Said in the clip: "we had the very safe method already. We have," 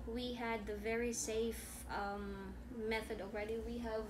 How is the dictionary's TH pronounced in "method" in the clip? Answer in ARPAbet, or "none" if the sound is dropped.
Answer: TH